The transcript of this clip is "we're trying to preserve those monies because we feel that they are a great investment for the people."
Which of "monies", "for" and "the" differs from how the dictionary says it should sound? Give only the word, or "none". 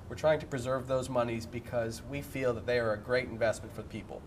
none